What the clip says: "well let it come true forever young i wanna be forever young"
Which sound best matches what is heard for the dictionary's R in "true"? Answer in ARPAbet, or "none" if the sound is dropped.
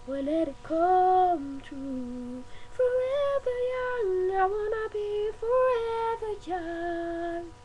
none